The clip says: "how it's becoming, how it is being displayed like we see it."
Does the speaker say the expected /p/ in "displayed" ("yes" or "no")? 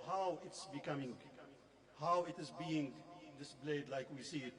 no